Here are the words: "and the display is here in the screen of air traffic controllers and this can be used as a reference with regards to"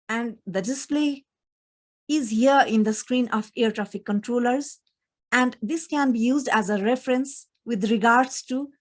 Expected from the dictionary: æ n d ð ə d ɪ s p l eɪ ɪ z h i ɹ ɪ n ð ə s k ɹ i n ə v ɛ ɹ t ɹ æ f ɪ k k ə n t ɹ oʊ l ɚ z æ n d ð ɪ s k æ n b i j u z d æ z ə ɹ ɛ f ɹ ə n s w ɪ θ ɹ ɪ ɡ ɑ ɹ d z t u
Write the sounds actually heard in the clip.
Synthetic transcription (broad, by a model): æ n d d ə d ɪ s p l eɪ ɪ z h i ɹ ɪ n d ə s k ɹ i n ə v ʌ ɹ t ɹ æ f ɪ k k ə n t ɹ oʊ l ɚ z æ n d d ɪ s k æ n b i j u z d æ z ə ɹ ɛ f ɹ ə n s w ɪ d ɹ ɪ ɡ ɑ ɹ d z t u